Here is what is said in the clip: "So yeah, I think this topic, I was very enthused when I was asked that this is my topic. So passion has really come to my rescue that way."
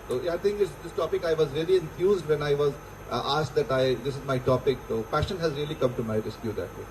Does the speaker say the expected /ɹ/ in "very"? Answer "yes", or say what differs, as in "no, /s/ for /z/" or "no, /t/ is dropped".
no, /l/ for /ɹ/